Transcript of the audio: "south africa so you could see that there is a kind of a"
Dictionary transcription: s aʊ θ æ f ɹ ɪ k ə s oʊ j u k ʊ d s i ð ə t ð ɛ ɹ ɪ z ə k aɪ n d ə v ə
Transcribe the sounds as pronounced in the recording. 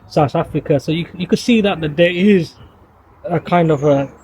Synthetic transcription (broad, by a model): s aʊ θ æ f ɹ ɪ k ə s oʊ j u k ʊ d s i ð ə t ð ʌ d ɪ z ə k aɪ n d ə v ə